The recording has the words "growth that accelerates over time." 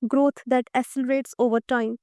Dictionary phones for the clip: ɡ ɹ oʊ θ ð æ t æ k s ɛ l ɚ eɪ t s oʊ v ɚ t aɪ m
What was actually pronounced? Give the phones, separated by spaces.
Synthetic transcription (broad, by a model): ɡ ɹ oʊ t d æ t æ s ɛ l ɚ eɪ t s oʊ v ɚ t aɪ m